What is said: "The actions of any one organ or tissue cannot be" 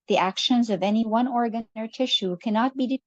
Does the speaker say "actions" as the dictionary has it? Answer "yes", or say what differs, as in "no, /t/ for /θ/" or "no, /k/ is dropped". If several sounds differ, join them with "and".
yes